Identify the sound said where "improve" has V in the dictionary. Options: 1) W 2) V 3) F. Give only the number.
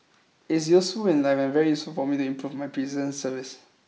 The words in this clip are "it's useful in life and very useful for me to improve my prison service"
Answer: 2